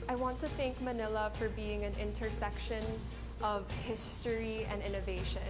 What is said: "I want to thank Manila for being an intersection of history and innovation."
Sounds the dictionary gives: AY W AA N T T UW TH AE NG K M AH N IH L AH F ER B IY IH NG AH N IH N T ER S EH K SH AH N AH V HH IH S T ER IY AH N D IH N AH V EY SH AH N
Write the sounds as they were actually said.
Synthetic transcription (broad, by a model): AY W AA N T T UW TH AE NG K M AH N IH L AH F ER B IY IH NG AH N IH N T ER S EH K SH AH N AH V HH IH S T ER IY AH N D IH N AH V EY SH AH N